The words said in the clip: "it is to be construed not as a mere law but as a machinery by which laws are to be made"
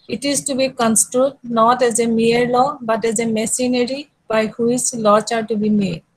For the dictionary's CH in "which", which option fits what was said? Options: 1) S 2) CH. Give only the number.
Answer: 1